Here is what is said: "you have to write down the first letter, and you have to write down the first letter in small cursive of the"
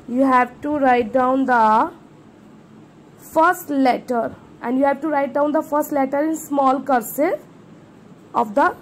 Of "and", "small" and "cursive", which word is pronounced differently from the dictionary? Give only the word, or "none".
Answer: cursive